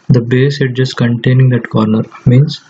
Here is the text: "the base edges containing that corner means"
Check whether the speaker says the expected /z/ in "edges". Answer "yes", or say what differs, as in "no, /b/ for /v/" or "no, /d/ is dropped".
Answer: no, /s/ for /z/